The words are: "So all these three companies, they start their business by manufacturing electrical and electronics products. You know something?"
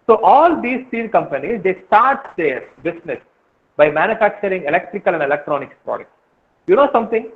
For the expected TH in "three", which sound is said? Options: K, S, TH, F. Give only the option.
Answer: F